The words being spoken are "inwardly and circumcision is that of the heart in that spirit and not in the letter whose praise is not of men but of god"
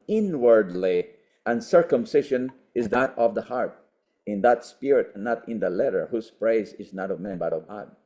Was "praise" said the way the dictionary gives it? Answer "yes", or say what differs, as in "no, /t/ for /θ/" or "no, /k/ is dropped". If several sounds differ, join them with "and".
yes